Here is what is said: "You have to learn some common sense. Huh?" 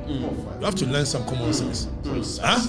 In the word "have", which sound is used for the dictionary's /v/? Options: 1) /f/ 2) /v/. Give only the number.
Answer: 1